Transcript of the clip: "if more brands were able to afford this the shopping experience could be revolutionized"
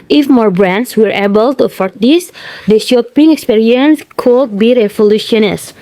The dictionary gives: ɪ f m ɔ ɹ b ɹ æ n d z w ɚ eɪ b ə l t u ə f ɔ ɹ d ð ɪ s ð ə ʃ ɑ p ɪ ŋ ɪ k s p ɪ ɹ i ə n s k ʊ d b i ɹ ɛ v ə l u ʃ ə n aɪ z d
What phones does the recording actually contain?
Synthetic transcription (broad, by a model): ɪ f m ɔ ɹ b ɹ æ n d s w ɚ eɪ b ə l t u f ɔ ɹ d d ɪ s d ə ʃ ɑ p ɪ ŋ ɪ k s p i ɹ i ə n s k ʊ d b i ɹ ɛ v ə l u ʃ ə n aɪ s